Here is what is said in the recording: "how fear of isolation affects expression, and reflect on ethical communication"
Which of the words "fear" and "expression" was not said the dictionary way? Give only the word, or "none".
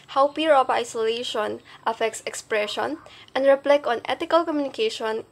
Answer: fear